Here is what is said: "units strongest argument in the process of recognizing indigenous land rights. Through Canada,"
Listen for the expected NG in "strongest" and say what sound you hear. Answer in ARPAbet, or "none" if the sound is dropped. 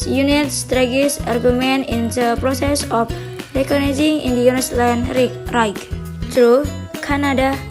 none